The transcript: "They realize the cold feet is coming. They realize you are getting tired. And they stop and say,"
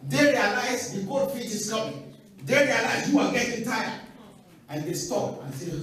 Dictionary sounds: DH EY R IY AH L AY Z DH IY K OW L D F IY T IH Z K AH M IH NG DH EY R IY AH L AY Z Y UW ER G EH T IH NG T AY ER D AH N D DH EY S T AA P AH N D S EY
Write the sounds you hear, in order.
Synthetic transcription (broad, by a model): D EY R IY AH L AY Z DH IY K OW D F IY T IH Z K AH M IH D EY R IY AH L AY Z Y UW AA G EH T IH NG T AY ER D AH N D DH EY S T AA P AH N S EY